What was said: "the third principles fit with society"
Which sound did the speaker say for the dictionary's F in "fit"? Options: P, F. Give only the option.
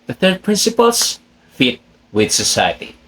F